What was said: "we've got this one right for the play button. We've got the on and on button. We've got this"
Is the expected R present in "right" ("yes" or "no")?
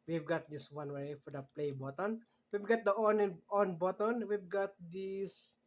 no